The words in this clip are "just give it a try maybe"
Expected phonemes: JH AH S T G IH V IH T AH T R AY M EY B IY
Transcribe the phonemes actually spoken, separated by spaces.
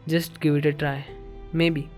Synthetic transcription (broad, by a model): JH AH S T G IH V IH T AH T R AY M EY B IY